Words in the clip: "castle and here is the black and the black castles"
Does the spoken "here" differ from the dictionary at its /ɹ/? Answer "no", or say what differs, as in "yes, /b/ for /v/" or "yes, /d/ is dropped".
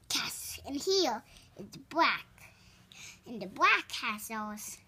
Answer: yes, /l/ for /ɹ/